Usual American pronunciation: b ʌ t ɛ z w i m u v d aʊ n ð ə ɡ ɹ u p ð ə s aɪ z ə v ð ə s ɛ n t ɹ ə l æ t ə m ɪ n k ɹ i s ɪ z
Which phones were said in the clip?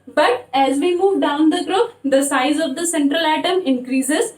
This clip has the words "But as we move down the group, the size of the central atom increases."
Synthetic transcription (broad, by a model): b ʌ t ɛ z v i m u v d aʊ n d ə ɡ ɹ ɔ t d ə s aɪ z ə v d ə s ɛ n t ɹ ə l æ t ə m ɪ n k ɹ i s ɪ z